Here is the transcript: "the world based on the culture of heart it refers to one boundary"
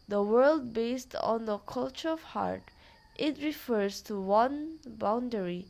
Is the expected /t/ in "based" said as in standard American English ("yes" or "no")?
yes